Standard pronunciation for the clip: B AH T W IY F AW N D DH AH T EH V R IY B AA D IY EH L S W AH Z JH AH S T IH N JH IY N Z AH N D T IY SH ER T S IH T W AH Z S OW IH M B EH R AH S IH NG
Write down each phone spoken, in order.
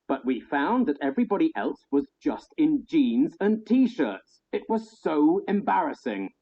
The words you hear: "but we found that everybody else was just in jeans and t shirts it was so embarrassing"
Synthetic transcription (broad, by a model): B AH T W IY F AW N DH AH T EH V R IY B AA D IY EH L S W AH Z JH AH S T IH N JH IY N Z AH N T IY SH ER T S IH T W AH Z S OW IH M B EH R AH S IH NG